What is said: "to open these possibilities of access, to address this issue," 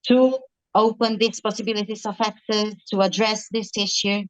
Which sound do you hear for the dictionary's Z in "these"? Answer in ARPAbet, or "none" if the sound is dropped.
S